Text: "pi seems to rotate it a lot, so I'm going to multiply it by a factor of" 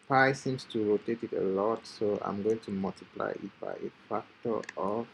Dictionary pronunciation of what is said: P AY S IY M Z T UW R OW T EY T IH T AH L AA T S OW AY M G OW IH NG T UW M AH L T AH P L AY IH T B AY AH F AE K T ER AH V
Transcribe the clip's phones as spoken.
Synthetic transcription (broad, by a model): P AY S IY M S T UW R OW T EY T IH T AH L AA T S OW AY M G OW IH NG T UW M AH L T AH P L AY IH T B AY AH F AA K T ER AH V